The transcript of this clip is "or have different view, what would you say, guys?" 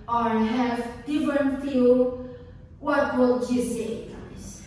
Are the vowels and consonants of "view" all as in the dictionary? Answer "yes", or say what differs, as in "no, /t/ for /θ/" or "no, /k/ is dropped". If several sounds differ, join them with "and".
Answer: no, /f/ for /v/